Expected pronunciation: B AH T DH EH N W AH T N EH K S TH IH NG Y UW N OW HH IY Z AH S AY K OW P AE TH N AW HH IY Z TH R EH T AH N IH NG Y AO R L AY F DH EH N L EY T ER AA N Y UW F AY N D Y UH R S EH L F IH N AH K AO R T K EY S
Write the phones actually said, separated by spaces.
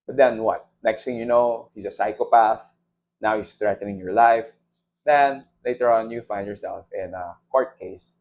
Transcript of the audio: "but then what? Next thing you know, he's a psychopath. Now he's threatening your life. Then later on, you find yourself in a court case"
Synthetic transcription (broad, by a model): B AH T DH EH N W AH T N EH K S T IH NG Y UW N OW HH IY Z AH S AY K OW P AE TH N AW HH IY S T R EH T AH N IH NG Y AO R L AY F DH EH N L EY T ER AA N Y UW F AY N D Y UH R S EH L F IH N AH K AO R T K EY S